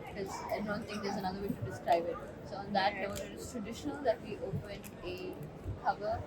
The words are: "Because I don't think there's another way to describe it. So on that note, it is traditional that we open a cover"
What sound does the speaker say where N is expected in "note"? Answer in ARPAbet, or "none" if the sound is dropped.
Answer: L